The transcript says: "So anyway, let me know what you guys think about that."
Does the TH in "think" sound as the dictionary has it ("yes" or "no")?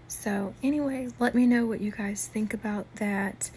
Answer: yes